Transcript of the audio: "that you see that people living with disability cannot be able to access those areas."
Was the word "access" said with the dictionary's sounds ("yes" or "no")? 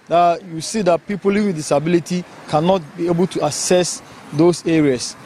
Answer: no